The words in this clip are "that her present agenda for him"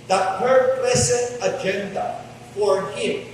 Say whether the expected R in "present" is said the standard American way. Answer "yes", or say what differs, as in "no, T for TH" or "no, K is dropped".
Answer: no, L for R